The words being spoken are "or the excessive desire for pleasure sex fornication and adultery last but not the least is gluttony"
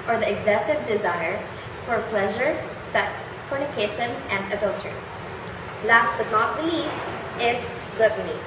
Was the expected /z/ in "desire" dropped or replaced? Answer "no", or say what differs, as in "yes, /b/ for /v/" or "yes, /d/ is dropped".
no